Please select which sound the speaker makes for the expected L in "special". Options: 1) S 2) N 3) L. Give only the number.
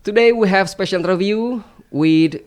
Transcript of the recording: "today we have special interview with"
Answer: 3